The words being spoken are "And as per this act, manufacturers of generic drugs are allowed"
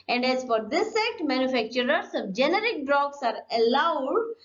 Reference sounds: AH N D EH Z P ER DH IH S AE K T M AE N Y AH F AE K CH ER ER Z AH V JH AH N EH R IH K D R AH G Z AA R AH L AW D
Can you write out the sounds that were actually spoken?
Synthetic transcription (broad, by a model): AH N D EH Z F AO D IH S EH T M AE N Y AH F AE K CH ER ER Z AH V JH AH N EH R IH K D R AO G S AA R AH L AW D